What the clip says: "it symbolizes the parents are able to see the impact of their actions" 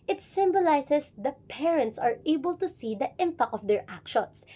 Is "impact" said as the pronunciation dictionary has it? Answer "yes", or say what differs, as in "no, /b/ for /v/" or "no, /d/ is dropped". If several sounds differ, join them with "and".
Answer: no, /t/ is dropped